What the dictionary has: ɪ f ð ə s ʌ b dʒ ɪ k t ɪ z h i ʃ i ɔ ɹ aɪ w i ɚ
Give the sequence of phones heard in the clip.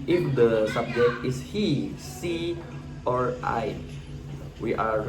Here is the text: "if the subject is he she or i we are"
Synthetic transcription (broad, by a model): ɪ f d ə s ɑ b dʒ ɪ k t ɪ s h i s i ɔ ɹ aɪ w i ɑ